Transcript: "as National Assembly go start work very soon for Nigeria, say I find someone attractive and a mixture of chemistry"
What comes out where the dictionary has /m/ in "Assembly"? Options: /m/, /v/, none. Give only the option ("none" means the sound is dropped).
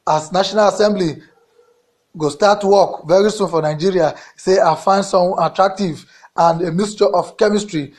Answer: /m/